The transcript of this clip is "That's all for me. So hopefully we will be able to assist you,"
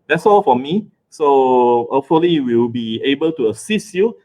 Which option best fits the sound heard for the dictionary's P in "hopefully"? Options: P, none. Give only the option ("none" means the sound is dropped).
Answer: none